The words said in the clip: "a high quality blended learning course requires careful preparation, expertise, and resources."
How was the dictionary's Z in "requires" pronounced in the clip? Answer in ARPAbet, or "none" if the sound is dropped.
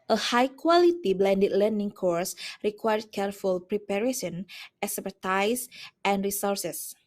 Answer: none